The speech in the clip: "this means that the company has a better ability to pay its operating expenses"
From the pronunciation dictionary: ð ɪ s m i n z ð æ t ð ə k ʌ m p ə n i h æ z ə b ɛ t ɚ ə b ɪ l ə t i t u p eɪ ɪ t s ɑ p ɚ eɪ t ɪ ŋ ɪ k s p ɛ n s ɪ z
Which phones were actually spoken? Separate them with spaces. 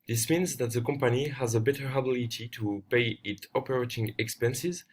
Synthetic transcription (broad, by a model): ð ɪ s m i n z ð æ t ð ə k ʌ m p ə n i h æ z ə b ɛ t ɚ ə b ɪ l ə t i t u p eɪ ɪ t ɑ p ɚ eɪ t ɪ ŋ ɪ k s p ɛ n s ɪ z